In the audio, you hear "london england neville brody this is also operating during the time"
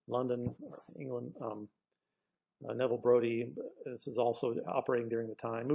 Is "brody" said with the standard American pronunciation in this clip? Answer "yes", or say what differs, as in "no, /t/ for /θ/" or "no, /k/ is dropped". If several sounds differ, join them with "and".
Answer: yes